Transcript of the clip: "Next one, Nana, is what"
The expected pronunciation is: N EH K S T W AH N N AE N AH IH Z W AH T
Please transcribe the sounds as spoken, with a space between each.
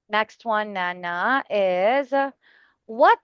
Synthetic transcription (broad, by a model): N EH K S T W AH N N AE N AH IH Z W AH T